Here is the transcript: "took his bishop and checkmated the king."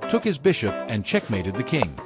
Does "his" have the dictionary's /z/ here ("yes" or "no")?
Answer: yes